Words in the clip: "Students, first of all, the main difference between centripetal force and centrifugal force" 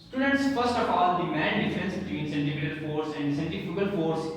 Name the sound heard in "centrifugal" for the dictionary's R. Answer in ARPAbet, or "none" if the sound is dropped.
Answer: none